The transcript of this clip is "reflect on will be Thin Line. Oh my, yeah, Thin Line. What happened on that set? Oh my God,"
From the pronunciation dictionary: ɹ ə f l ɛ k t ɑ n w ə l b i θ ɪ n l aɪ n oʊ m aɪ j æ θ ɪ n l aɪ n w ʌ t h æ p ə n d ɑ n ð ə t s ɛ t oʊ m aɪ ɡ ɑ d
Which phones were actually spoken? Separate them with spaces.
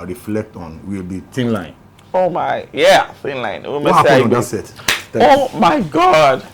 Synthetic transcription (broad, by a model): ɹ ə f l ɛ k t ɑ n w ə l b i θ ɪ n l aɪ n oʊ m aɪ j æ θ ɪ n l aɪ n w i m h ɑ ə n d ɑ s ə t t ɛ oʊ m aɪ ɡ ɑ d